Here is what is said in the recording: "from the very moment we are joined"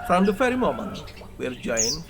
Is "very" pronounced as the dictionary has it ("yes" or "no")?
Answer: no